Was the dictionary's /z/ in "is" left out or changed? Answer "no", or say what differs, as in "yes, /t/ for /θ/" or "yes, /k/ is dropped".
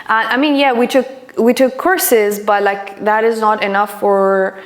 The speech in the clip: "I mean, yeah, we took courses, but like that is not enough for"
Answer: no